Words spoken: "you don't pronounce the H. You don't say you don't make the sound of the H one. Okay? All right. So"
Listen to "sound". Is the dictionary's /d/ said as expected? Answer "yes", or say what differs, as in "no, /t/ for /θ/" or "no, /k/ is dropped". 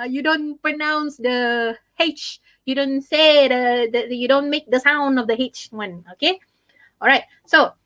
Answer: yes